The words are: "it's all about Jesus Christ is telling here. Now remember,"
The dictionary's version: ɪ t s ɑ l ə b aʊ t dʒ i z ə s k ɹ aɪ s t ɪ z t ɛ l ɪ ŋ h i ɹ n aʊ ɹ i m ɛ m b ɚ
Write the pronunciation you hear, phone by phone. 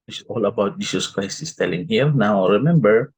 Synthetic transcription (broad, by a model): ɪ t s ɑ l ə b aʊ t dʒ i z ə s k ɹ aɪ s ɪ s t ɛ l ɪ ŋ h i ɹ n aʊ ɹ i m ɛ m b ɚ